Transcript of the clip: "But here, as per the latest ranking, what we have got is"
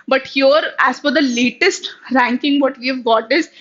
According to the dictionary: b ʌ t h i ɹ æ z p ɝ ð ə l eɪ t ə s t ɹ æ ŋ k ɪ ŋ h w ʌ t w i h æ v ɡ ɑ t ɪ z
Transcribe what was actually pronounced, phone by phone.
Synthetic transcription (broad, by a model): b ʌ t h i ɹ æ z f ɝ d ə l eɪ t ə s t ɹ æ ŋ k ɪ ŋ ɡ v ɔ t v i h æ v ɡ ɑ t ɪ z